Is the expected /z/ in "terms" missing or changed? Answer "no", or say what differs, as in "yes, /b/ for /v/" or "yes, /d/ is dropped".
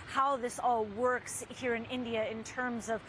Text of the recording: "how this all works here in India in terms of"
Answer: no